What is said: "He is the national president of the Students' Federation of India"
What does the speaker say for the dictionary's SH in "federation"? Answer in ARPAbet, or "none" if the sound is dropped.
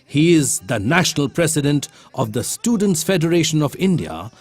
SH